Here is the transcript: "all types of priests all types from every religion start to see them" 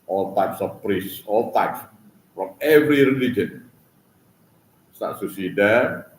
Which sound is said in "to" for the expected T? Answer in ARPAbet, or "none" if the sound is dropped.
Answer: S